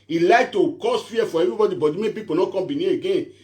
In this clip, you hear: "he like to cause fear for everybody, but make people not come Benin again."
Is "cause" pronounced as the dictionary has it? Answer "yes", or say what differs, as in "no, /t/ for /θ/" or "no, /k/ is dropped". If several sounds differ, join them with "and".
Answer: no, /s/ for /z/